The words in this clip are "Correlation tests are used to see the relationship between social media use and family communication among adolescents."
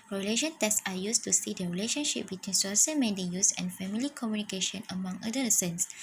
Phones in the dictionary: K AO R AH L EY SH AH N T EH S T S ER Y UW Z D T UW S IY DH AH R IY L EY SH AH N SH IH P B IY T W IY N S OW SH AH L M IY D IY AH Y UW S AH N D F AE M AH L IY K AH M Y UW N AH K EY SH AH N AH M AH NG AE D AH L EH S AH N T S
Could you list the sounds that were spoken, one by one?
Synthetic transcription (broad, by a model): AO R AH L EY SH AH N T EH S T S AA Y UW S T UW S IY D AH R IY L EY SH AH N SH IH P B IY T W IY N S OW S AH M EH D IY Y UW S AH N F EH M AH L IY K AH M Y UW N AH K EY SH AH N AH M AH NG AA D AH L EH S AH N S